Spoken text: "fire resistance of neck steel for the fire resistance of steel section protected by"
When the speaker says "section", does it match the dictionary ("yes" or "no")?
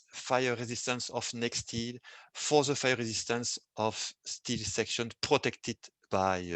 yes